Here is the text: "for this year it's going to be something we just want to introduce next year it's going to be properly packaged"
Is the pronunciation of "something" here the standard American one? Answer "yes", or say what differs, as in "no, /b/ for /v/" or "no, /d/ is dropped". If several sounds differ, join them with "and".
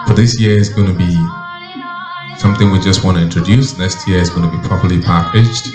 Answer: yes